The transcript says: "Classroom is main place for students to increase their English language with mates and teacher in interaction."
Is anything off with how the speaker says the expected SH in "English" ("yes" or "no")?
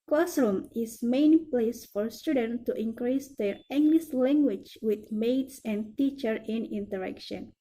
yes